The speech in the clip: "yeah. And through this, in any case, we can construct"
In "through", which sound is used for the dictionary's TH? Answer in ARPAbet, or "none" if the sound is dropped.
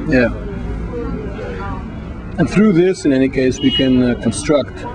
TH